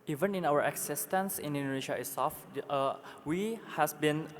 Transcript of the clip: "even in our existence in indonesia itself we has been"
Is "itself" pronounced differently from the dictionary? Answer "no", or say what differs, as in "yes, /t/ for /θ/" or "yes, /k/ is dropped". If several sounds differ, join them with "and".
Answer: yes, /l/ is dropped